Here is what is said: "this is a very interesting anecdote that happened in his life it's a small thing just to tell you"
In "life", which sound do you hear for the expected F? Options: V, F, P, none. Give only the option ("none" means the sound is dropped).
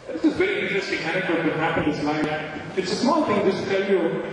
none